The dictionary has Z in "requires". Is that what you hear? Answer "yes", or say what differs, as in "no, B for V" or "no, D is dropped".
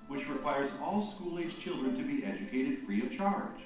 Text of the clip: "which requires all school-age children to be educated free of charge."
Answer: yes